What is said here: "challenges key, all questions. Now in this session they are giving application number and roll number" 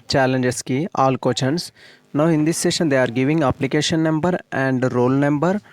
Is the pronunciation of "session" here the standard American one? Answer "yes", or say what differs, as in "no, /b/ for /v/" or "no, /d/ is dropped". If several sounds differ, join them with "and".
yes